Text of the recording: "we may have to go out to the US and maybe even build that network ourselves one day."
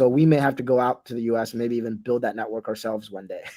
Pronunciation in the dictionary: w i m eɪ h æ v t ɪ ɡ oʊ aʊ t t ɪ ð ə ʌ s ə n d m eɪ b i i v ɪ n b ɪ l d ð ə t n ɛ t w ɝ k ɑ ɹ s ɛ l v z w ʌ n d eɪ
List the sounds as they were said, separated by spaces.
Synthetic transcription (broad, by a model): w i m eɪ h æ f t ɪ ɡ oʊ aʊ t t ɪ ð ə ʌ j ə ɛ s m eɪ b i i v ɪ n b ɪ l d ð ə t n ɛ t w ɝ k ɑ ɹ s ɛ l v z w ʌ n d eɪ